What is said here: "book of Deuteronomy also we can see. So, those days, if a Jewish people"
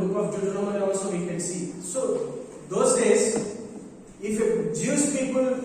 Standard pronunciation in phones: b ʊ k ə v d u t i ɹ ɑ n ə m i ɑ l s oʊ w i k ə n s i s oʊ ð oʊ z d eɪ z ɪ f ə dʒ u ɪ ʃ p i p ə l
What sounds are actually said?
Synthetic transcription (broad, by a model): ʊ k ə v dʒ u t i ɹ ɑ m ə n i ɑ l s oʊ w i k ə n s i s oʊ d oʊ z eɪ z ɪ f ə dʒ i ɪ s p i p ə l